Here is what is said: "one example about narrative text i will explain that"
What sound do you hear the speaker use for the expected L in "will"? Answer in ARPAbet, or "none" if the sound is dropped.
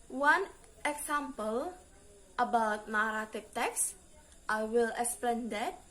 L